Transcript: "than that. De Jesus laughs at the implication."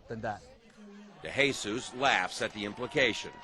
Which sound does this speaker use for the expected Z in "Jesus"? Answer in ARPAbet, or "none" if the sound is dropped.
S